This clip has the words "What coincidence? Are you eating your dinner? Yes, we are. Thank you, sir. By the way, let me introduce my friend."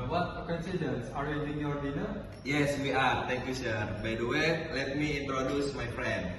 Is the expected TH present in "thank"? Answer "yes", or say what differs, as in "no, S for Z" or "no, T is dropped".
no, T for TH